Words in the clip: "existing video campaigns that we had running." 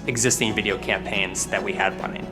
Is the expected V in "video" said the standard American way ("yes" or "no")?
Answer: yes